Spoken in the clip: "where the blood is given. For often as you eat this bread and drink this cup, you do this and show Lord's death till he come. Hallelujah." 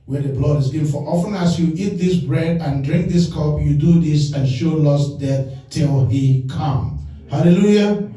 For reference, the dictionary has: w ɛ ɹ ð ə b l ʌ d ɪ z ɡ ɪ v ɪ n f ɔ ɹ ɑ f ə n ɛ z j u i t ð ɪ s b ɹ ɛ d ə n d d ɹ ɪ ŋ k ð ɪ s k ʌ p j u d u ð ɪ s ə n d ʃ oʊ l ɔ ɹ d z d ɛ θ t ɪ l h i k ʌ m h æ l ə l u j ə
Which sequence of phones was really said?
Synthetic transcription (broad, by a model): w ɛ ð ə b l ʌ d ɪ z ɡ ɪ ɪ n f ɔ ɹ ɑ f ə n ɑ s j u i t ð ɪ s b ɹ ɛ d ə n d d ɹ ɪ ŋ k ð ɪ s k ʌ p j u d u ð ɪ s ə n ʃ oʊ l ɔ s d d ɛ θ t ɪ l h i k ʌ m h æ l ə l u j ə